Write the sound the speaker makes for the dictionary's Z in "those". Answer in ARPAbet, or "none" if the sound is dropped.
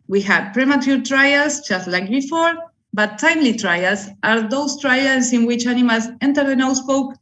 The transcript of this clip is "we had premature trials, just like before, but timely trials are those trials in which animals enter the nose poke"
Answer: S